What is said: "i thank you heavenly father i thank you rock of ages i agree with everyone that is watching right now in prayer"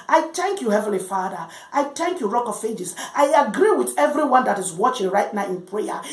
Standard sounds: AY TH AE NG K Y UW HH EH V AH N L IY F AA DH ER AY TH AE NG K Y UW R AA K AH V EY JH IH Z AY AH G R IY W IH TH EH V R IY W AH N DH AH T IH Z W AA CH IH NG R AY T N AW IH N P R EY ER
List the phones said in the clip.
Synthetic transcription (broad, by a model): AY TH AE NG K Y UW HH EH V AH N L IY F AA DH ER AY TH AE NG K Y UW R AA K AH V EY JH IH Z AY AH G R IY W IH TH EH V R IY W AH N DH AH T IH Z W AA CH IH NG R AY T N AW IH N P R EY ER